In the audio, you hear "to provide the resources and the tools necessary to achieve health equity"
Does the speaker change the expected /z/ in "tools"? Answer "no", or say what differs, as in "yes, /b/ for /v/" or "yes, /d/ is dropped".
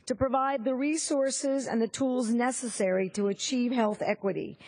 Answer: no